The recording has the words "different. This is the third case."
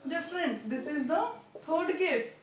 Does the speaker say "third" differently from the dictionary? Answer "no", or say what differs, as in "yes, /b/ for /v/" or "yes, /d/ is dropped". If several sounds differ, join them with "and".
yes, /t/ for /θ/